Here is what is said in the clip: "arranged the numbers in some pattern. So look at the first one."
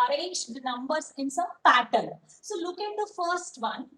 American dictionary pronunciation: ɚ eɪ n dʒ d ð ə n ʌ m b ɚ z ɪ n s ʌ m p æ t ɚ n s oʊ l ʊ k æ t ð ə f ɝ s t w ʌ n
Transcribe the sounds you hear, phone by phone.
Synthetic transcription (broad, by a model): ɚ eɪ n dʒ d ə n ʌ m b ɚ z ɪ n s ʌ m p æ t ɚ l s oʊ l ʊ k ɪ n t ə f ɝ s t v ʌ n